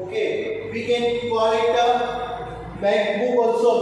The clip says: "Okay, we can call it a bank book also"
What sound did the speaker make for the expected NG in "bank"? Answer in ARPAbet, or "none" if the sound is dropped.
none